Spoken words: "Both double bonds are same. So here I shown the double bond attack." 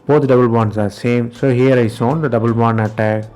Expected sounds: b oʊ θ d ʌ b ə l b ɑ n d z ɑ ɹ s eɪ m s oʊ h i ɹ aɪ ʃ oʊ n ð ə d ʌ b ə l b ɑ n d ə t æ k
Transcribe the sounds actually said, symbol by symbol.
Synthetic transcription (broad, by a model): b oʊ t d ʌ b ə l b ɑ n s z ɑ ɹ s eɪ m s oʊ h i ɹ aɪ s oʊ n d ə d ʌ b ə l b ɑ n ə t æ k